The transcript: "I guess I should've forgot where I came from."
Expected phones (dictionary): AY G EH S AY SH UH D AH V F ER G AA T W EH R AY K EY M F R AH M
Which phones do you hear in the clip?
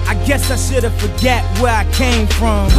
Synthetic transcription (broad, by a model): AY G EH S AY S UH D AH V F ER G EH T W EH R AY K EY M F R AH M